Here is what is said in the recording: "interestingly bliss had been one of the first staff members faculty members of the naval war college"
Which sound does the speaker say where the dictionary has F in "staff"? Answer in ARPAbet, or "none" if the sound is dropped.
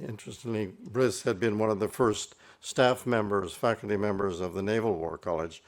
F